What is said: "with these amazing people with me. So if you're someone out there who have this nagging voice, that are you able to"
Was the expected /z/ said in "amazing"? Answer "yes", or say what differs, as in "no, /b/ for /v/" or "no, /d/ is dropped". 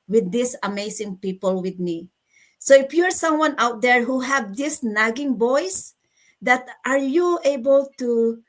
no, /s/ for /z/